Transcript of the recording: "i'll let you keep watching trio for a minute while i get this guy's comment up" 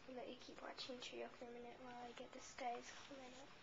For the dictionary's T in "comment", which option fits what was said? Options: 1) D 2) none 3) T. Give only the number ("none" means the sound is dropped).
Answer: 2